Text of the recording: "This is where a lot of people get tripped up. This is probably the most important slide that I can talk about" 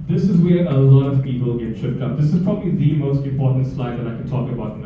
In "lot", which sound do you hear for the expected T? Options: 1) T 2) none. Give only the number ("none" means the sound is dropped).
1